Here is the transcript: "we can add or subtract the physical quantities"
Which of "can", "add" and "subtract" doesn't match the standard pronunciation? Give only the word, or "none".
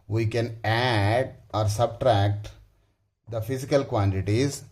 none